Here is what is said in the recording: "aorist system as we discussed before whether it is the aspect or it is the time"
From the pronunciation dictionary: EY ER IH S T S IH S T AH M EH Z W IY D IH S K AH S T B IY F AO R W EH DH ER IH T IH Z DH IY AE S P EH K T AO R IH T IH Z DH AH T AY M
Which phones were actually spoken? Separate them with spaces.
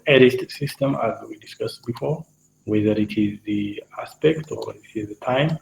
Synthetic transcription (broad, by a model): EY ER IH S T S IH S T AH M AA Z W IY D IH S K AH S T B IY F AO R W EH DH ER IH T IH Z DH IY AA S P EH K T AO W IH T IH Z DH AH T AY M